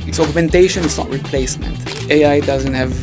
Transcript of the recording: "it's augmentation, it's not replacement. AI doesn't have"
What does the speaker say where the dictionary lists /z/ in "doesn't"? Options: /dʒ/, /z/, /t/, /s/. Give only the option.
/z/